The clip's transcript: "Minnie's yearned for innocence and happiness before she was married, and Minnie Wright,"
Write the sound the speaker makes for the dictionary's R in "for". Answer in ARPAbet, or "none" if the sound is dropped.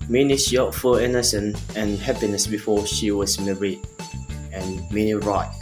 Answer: L